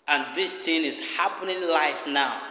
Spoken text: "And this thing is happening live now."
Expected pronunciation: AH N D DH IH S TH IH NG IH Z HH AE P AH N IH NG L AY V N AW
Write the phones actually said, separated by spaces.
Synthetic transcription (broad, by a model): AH N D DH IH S T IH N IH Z HH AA P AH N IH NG L AY F N AW